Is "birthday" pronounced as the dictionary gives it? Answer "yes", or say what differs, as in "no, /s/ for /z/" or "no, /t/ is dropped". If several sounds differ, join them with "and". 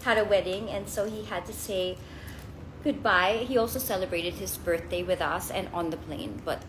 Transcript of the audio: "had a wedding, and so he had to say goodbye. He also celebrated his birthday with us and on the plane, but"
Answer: yes